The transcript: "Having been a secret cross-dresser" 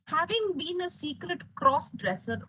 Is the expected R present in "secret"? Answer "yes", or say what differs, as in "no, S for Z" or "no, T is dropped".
yes